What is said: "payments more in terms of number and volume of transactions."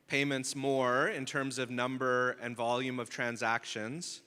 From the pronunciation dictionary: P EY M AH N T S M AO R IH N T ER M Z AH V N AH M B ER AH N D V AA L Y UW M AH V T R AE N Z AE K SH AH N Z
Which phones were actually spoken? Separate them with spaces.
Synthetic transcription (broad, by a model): P EY M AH N T S M AO R IH N T ER M Z AH V N AH M B ER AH N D V AA L Y UW M AH V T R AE N Z AE K SH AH N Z